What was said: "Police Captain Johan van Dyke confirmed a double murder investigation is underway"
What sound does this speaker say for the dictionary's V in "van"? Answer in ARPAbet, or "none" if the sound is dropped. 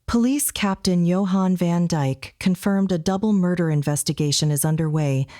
V